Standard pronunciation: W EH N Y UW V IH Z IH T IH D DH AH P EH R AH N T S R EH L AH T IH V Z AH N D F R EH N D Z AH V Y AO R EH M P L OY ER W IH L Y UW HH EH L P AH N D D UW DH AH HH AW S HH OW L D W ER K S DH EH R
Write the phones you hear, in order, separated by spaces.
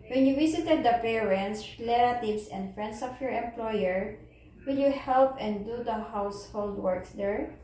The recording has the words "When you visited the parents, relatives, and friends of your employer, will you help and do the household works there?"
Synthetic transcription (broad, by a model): W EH N Y UW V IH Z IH T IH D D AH P EH R AH N T S L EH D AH T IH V S AH N D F R EH N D S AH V Y AO R EH M P L OY ER W IH L Y UW HH EH L P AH N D D UW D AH HH AW S HH OW L D W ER K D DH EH R